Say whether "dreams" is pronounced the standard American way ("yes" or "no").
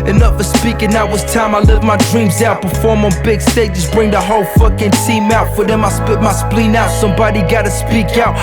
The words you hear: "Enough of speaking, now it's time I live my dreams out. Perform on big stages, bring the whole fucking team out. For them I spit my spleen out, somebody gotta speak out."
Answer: yes